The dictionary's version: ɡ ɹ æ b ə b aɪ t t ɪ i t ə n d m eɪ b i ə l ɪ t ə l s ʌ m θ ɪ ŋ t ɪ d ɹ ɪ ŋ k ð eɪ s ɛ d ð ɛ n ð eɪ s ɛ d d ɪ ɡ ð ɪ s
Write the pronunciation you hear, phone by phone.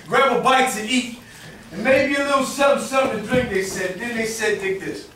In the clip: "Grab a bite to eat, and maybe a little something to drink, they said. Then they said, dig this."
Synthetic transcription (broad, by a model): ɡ ɹ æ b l b aɪ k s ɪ i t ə n m eɪ b i ə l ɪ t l s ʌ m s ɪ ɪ d ɹ ɪ ŋ k ð eɪ s ɛ d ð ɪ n ð eɪ s ɛ d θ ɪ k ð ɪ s